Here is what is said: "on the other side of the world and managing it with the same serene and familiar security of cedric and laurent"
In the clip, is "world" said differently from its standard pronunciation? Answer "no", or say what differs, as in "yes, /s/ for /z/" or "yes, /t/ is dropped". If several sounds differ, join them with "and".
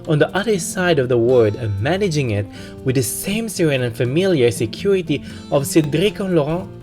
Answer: yes, /l/ is dropped